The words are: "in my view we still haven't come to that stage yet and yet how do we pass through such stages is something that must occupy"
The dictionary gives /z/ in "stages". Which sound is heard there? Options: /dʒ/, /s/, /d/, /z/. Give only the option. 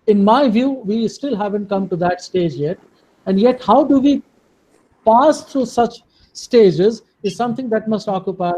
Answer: /z/